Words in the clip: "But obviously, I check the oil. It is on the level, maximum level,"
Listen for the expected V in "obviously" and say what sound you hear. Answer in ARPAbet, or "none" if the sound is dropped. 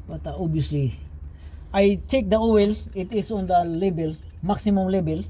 none